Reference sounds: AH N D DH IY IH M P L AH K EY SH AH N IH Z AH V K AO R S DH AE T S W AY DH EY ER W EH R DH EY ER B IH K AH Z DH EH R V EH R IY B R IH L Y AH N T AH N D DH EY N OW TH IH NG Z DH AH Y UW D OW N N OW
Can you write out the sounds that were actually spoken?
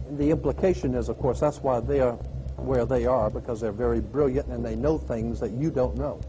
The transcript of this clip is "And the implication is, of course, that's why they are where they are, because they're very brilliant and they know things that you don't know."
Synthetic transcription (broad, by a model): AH N DH IY IH M P L AH K EY SH AH N IH Z AH V K AO R S DH AE T S W AY DH EY ER W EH R DH EY ER B IH K AH Z DH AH R V EH R IY B R IH L Y AH N T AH N DH EY N OW TH IH NG Z DH AH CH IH D OW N N OW